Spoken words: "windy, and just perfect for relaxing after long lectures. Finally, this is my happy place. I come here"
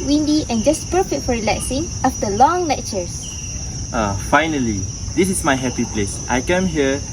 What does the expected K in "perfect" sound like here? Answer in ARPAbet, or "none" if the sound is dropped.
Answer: none